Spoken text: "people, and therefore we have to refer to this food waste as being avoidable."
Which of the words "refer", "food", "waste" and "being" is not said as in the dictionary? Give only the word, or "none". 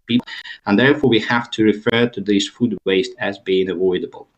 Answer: none